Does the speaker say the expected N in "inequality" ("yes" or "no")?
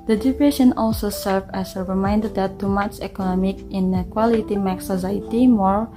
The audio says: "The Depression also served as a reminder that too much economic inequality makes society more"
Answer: yes